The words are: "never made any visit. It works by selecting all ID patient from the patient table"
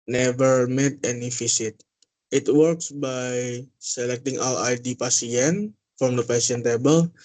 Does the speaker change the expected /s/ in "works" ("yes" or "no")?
no